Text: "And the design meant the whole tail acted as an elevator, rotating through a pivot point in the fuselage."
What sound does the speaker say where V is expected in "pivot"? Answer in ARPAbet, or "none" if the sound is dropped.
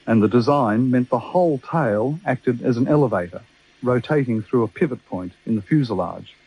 V